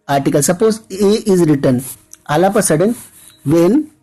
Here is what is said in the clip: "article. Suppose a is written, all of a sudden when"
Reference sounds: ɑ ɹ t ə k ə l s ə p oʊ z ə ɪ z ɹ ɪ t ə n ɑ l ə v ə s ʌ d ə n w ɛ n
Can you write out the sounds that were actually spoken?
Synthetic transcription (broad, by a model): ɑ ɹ t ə k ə l s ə p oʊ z ə ɪ z ɹ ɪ t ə n ɑ l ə p ə s ʌ d ə n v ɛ n